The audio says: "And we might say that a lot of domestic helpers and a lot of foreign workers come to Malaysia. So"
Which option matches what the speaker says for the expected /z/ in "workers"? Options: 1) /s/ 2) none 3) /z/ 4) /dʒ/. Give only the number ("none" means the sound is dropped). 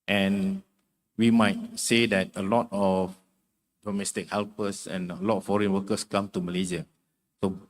1